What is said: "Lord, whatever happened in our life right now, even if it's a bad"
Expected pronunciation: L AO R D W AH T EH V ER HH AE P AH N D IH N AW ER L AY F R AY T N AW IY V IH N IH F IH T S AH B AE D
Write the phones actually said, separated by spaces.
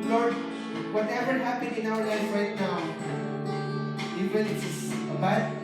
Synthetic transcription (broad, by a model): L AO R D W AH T EH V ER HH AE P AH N IH N AW ER L AY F R AY T N AW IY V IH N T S AH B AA